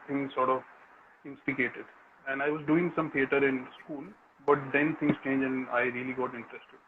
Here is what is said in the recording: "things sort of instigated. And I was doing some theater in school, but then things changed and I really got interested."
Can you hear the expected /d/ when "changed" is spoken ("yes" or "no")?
no